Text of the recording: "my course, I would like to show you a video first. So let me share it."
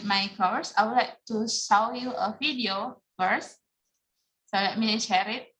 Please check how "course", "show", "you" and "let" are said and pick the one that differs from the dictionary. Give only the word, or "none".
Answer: show